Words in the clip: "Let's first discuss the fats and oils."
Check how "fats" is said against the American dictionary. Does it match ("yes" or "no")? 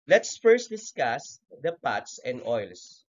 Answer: no